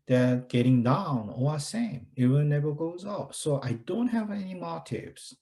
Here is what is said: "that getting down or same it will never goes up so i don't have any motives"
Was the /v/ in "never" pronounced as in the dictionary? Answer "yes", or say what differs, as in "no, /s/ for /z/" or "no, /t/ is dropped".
yes